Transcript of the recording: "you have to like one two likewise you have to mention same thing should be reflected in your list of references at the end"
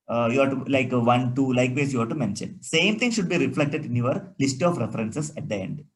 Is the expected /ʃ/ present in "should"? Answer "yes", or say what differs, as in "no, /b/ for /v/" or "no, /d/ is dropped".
yes